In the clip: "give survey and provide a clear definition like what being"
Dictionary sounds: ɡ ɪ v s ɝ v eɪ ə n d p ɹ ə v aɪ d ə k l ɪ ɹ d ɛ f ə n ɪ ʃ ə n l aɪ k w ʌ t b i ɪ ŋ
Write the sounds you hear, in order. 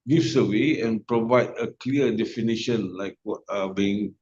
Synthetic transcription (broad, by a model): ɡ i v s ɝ w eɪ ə n p ɹ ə v aɪ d ə k l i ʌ d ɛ f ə n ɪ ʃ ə n l aɪ k w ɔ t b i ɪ ŋ